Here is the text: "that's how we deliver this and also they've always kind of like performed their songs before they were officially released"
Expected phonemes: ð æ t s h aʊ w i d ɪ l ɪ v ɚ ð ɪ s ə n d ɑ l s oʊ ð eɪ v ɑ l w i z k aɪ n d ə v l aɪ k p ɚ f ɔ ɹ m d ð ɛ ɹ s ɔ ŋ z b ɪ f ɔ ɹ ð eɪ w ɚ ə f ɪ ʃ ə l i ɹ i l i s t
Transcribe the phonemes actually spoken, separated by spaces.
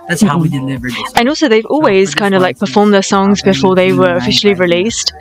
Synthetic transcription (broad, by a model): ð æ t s h aʊ w i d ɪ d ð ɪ ə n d ɑ l s oʊ ð eɪ v ɑ l w i z k aɪ n d ə v l aɪ k p ɚ f ɔ ɹ m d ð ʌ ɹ s ɔ ŋ z b ɪ f ɔ ɹ ð eɪ w ɚ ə f ɪ ʃ l i ɹ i l i s t